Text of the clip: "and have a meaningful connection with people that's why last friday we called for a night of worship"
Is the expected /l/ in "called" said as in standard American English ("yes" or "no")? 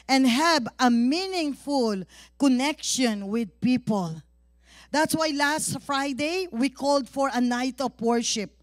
yes